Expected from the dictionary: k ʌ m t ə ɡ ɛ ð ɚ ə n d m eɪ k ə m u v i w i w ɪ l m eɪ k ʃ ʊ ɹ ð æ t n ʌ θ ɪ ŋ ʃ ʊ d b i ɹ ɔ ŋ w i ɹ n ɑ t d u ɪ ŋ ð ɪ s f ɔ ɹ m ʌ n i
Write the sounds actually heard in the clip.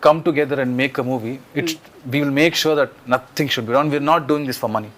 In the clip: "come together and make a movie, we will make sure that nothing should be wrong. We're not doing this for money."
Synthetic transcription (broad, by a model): k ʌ m t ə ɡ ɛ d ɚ ə n d m eɪ k ə m u v i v i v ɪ l m eɪ k ʃ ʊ ɹ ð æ t n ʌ t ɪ ŋ ʃ ʊ d b i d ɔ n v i ɹ n ɑ t d u ɪ ŋ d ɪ s f ɔ ɹ m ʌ n i